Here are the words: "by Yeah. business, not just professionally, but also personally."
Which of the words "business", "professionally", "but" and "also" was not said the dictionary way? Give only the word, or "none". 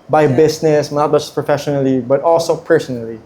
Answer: business